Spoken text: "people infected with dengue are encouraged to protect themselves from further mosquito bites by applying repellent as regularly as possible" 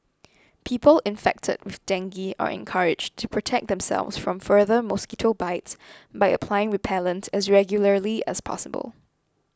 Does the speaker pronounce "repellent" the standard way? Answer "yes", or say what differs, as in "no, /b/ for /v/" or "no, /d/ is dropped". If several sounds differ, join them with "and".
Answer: no, /w/ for /ɹ/